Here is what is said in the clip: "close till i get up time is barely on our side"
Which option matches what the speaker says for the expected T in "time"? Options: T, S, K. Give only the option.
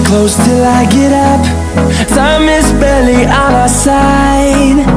S